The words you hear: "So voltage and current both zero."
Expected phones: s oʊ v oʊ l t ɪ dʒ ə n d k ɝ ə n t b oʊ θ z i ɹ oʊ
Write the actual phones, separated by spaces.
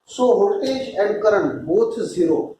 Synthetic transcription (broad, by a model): s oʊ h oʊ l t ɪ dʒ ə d k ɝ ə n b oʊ t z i ɹ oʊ